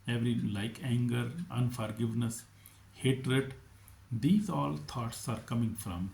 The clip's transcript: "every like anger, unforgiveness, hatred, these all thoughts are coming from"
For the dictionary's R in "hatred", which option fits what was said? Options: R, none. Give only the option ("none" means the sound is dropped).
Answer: R